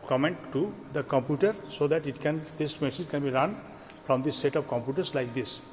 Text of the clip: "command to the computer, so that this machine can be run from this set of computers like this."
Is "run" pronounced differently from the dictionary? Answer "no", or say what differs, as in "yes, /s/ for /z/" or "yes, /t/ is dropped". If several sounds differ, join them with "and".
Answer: no